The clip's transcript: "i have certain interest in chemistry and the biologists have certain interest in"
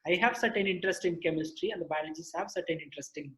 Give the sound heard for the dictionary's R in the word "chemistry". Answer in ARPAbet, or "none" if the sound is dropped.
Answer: R